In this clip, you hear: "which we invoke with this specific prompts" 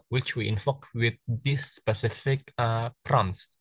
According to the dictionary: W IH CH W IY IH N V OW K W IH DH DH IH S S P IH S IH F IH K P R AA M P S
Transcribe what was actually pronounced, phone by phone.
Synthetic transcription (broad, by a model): W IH CH W IY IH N F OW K W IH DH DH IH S S P IH S IH F IH K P R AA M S